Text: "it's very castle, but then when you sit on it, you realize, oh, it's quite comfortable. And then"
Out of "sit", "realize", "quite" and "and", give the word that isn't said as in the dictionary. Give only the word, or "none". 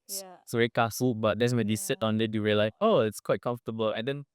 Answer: realize